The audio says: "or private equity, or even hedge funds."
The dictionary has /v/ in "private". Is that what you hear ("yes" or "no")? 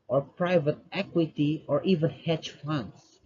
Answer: yes